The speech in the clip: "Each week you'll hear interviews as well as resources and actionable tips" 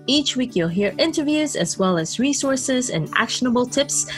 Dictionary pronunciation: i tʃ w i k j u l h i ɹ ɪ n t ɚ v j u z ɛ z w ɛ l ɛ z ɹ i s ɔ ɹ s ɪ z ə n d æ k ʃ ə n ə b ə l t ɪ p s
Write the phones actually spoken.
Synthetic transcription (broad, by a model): i tʃ w i k j u l h i ɹ ɪ n t ɚ v j u z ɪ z w ɛ l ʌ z ɹ i s ɔ ɹ s ɪ z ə n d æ k ʃ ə n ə b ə l t ɪ p s